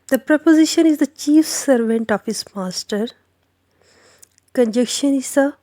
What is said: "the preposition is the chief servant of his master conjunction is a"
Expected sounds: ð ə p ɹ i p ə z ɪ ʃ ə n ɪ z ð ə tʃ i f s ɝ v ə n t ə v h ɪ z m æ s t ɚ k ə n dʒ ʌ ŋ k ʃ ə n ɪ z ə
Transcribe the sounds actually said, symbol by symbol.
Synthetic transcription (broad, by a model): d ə p ɹ i p ə z ɪ ʃ ə n ɪ z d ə tʃ i f s ɝ v ə n t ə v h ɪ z m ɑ s t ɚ k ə n dʒ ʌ k ʃ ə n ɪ s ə